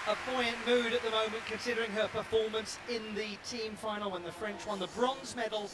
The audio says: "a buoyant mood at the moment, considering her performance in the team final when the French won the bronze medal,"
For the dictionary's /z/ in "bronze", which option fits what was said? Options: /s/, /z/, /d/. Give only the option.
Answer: /z/